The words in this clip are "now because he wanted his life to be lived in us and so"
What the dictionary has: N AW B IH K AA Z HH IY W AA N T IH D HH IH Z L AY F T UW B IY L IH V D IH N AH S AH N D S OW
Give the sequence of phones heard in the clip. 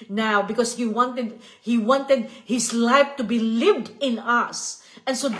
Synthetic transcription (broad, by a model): N AW B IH K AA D HH IY W AA N T IH D HH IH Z L AY F T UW B IY L IH V D IH N AH S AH N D S OW